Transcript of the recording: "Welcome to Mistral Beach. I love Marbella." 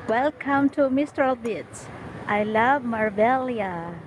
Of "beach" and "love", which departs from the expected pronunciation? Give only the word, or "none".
beach